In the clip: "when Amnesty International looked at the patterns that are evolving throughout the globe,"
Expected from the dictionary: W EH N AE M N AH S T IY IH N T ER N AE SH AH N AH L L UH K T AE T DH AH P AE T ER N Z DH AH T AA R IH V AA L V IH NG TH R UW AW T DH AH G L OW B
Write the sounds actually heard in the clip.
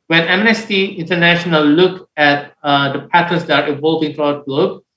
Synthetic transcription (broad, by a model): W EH N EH M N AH S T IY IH N T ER N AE SH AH N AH L L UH K AE T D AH P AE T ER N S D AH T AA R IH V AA L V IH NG T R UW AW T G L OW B